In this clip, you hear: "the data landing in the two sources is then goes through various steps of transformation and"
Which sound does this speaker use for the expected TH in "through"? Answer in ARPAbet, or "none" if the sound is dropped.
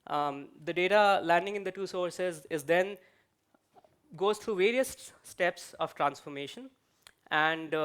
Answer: T